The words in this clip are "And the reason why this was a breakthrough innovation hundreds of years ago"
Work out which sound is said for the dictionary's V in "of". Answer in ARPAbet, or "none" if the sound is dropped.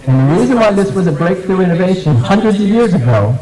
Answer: V